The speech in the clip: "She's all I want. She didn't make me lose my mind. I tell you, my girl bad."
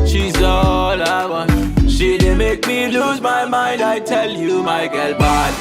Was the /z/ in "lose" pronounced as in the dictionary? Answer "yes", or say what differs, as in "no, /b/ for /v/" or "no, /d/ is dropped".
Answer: yes